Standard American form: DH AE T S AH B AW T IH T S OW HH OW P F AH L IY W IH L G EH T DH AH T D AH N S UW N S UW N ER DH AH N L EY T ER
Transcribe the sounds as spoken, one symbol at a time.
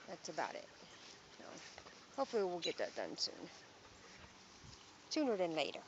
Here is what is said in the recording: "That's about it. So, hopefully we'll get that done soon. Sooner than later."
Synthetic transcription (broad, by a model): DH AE T S AH B AW T IH T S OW HH OW P F L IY W IH L G EH T DH AH T D AH N S UW N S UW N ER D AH N L EY T ER